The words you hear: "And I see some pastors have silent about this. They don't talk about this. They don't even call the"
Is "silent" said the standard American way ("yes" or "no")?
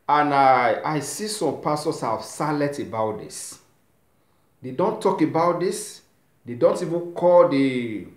no